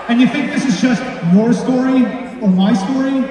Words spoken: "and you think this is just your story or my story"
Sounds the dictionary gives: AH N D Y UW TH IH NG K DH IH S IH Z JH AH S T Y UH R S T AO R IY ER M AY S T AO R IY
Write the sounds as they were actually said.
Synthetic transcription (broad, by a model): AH N Y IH TH IH NG K DH IH S IH Z JH AH S T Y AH R S T AO R IY ER M AY S T AO R IY